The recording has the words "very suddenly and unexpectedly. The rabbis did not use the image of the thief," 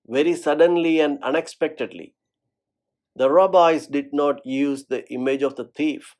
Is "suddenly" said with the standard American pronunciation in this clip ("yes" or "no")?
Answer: yes